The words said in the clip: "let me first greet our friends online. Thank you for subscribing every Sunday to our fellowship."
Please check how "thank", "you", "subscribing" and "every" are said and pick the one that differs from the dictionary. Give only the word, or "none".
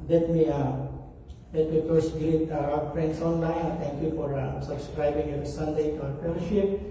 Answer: thank